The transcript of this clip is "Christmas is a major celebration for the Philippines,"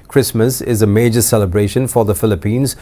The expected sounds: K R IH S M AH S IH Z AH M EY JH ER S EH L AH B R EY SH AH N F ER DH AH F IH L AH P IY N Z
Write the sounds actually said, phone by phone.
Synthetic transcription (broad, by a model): K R IH S M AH S IH Z AH M EY JH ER S EH L AH B R EY SH AH N F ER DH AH F IH L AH P IY N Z